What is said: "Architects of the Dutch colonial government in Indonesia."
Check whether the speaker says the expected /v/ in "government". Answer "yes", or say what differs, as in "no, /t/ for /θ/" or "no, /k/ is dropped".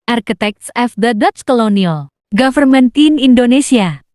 no, /f/ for /v/